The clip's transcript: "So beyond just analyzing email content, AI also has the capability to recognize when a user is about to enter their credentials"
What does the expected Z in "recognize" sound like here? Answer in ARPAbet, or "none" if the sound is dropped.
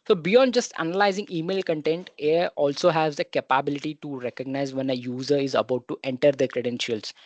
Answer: Z